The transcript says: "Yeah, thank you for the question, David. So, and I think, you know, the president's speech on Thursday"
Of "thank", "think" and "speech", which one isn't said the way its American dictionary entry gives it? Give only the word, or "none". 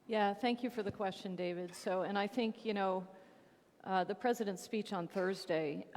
none